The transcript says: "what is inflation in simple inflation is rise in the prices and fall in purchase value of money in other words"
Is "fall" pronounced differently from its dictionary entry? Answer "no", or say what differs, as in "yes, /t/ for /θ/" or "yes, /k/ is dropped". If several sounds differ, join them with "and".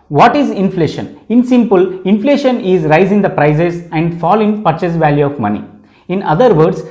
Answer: no